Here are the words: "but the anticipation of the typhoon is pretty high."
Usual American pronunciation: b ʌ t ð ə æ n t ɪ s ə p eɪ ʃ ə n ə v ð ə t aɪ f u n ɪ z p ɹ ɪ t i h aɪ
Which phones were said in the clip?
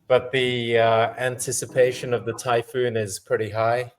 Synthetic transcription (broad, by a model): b ʌ t ð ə æ n t ɪ s ə p eɪ ʃ ə n ə v ð ə t aɪ f u n ɪ z p ɹ ɪ t i h aɪ